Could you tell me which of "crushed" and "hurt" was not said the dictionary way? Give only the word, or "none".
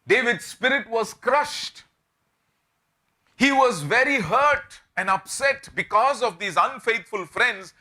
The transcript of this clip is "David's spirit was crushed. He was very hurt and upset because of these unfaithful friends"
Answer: none